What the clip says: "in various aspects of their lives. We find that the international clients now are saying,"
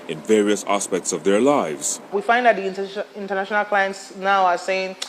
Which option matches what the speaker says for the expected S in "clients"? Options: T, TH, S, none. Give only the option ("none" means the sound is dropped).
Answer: S